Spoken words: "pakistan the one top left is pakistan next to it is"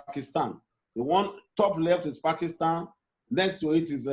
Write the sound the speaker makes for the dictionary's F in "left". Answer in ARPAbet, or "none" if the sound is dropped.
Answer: F